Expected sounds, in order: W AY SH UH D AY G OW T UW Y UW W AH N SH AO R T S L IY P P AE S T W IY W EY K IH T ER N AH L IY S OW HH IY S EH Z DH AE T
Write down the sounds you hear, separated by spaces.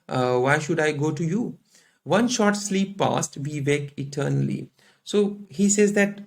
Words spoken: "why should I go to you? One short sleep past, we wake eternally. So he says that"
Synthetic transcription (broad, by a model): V AY SH UH D AY G OW T UW Y UW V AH N SH AO R T S L IY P P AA S T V IY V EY K IH T ER N AH L IY S OW HH IY S EH Z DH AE T